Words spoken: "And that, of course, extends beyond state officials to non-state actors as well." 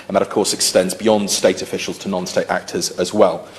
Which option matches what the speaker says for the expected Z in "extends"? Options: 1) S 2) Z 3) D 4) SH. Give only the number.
2